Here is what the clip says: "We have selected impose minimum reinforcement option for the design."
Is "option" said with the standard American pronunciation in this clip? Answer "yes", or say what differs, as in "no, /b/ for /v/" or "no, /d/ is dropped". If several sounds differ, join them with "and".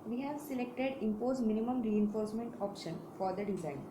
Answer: yes